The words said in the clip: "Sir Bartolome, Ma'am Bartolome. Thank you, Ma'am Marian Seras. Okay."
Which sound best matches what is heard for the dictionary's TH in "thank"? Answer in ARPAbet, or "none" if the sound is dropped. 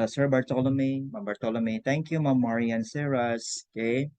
T